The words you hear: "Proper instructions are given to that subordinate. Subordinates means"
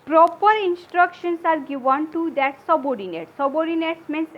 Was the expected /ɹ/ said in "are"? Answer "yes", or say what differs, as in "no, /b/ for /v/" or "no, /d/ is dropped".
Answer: yes